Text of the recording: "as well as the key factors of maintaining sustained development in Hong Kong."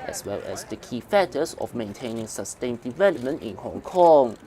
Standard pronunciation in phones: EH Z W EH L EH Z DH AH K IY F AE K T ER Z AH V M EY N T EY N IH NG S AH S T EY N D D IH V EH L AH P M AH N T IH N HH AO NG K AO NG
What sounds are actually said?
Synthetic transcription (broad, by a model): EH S W EH L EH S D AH K IY F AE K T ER S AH F M EY N T EY N IH NG S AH S T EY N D D IH V EH L AH P M AH N T IH N HH AO NG K AO NG